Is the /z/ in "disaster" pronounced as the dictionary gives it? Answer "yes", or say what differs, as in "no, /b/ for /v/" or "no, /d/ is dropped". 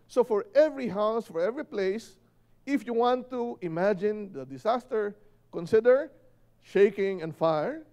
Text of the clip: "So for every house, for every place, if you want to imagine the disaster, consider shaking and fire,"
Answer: no, /s/ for /z/